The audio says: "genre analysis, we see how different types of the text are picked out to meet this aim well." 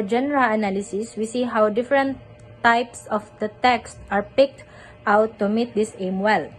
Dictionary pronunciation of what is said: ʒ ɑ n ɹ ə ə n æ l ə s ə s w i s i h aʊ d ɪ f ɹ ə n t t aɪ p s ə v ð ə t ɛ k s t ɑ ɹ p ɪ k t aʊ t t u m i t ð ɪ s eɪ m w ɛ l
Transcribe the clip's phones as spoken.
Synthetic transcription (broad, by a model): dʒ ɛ n ɹ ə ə n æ l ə s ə s w i s i h aʊ d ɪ f ɹ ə n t t aɪ p s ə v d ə t ɛ k s t ɑ ɹ p ɪ k t aʊ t t u m i t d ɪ s eɪ m w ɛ l